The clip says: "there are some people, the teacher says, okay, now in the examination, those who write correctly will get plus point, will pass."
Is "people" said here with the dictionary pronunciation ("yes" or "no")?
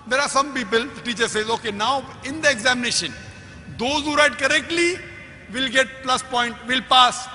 yes